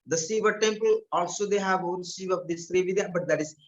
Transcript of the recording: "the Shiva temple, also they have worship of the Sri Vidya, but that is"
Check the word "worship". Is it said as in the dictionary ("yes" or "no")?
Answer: no